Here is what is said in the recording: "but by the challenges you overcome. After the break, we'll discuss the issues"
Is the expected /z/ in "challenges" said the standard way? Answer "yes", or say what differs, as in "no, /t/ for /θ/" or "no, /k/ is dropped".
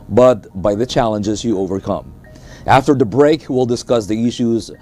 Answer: yes